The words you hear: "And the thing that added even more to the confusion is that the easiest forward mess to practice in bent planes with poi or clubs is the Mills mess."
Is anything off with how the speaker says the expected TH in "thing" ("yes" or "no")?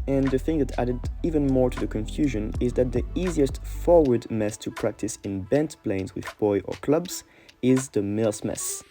no